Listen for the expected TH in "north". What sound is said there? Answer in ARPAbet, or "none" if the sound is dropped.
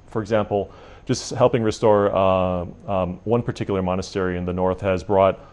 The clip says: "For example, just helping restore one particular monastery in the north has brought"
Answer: TH